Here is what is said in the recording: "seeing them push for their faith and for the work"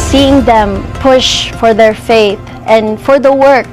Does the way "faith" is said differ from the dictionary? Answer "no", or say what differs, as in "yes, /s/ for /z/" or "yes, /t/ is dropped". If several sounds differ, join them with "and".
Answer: no